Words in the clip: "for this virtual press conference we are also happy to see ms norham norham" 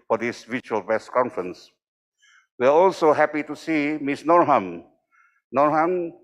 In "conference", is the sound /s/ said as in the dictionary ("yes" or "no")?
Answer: yes